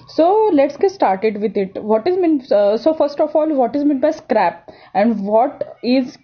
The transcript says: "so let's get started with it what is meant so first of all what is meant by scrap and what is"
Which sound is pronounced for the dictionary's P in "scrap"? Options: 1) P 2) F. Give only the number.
1